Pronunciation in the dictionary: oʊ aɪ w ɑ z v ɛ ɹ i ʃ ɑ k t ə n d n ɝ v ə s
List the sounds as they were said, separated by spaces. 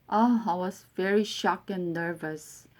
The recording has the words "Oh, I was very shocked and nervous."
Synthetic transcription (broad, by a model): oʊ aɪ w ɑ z v ɛ ɹ i ʃ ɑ k ə n d n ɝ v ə s